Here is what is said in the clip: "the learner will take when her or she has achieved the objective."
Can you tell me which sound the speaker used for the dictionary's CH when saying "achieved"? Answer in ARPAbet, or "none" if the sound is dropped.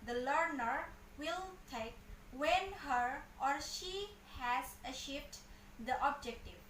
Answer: SH